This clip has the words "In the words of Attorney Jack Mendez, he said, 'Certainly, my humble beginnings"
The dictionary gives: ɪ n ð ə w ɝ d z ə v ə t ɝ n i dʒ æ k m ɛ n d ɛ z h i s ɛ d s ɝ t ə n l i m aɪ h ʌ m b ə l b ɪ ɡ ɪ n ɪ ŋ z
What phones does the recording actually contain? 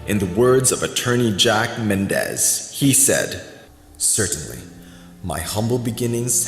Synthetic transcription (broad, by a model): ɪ n ð ə w ɝ d z ə v ə t ɝ n i dʒ æ k m ɛ n d ɛ z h i s ɛ d s ɝ t n l i m aɪ h ʌ m b l b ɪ ɡ ɪ n ɪ ŋ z